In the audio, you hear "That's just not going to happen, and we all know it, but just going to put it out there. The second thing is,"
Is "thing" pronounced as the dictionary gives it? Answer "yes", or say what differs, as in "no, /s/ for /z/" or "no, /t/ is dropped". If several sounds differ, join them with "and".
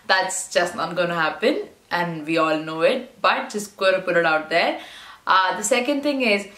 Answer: no, /t/ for /θ/